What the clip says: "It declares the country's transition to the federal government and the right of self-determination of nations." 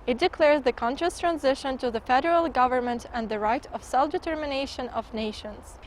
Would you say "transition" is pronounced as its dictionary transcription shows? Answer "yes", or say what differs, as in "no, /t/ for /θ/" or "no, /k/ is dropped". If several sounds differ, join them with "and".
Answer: yes